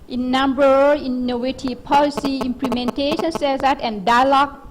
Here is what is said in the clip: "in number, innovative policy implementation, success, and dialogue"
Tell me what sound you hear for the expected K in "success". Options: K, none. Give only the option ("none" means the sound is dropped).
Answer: none